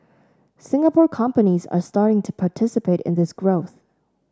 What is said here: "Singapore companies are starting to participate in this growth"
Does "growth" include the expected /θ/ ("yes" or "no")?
yes